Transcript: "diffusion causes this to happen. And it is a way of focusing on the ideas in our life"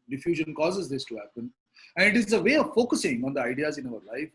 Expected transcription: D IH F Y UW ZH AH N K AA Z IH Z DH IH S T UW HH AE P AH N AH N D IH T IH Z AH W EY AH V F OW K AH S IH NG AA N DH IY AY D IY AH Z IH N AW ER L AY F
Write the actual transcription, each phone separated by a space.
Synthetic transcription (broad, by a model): D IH F Y UW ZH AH N K AA Z IH Z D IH S T UW HH AE P AH N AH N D IH T IH Z AH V EY AH V F OW K AH S IH NG AA N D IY AY D IY AH Z IH N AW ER L AY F